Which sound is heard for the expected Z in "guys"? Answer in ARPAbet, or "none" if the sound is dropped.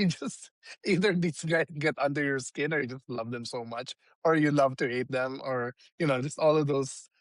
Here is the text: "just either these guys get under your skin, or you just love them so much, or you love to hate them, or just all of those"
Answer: none